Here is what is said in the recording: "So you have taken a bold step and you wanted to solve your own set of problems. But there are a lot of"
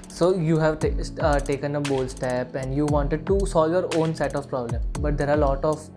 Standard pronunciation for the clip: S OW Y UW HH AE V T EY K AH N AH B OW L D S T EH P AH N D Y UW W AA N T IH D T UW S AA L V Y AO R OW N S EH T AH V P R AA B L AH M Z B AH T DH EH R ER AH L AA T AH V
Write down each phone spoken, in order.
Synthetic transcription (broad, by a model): S OW Y UW HH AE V T EY K AH N AH B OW L S T EH P AH N D Y UW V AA N T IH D T UW S AA L V Y AO R OW N S EH T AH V P R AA B L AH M B AH T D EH R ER AH L AA T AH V